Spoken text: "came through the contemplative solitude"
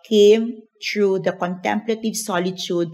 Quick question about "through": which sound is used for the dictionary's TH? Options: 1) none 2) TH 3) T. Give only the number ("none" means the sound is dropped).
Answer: 3